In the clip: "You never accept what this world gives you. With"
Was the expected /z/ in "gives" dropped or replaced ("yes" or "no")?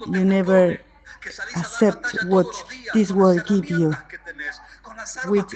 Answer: yes